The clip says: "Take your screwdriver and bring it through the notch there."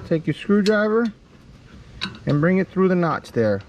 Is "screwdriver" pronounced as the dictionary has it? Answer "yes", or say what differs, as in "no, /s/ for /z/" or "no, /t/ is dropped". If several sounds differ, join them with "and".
yes